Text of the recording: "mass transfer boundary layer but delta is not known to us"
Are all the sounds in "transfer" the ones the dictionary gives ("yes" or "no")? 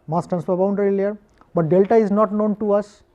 no